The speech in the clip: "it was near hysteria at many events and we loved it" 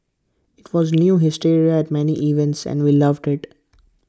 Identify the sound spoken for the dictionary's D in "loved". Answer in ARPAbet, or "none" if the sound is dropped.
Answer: D